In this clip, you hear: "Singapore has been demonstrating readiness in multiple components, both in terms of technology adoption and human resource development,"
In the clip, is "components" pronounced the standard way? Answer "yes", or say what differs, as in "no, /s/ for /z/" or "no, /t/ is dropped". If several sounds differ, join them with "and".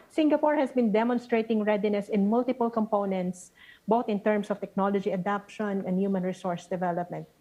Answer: yes